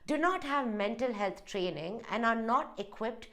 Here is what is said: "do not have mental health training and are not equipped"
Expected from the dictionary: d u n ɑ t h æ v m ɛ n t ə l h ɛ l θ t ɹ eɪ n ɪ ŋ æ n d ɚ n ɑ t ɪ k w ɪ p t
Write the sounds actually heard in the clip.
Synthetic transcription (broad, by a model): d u n ɑ t h æ v m ɛ n t ə l h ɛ l t t ɹ eɪ n ɪ ŋ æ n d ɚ n ɑ t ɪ k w ɪ p t